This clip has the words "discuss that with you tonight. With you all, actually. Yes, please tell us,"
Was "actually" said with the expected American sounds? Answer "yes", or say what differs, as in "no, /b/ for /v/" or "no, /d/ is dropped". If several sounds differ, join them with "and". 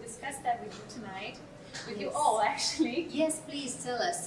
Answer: yes